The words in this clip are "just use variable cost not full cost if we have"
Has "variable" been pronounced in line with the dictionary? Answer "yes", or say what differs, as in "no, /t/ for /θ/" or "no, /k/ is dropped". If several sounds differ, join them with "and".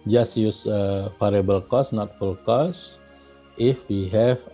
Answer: no, /f/ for /v/